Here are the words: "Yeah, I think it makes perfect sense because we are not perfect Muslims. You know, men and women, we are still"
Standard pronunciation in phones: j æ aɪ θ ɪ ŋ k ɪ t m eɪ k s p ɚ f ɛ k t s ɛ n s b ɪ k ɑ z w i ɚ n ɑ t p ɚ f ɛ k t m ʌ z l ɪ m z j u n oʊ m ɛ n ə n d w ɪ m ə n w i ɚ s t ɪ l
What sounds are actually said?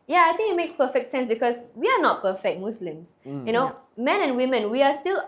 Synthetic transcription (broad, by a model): j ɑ aɪ t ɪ ŋ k ɪ t m eɪ k s p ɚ f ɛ k t s ɛ n s b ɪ k ɑ s w i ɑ n ɑ t p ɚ f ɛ k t m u s l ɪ m s j u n oʊ m ɛ n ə n w ɪ m ə n w i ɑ s t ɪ l